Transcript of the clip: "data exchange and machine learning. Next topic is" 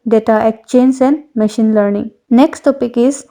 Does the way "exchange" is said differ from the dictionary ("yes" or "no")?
yes